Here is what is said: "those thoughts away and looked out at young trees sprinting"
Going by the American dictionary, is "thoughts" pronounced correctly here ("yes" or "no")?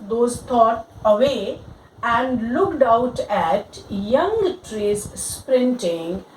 no